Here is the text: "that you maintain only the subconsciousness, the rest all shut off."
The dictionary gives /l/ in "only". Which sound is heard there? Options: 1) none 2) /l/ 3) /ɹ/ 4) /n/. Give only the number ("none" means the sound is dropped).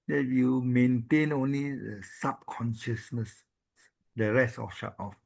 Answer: 2